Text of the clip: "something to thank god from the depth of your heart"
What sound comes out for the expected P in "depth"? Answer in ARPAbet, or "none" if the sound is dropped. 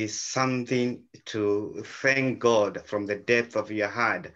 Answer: P